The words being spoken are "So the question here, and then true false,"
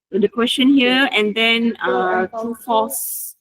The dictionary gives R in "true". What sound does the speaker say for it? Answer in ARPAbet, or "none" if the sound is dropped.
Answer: none